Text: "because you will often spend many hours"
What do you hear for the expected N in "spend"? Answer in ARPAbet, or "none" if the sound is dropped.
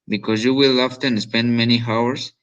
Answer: N